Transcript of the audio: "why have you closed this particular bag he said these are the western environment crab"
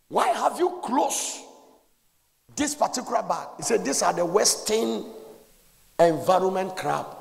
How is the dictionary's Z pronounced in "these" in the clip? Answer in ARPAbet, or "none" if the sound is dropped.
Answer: S